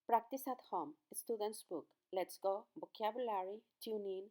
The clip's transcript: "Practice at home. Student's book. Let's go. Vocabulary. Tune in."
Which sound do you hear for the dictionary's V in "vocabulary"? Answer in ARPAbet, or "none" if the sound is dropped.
B